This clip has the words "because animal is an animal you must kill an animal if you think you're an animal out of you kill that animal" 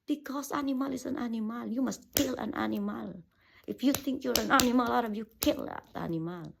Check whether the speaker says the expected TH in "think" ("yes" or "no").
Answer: no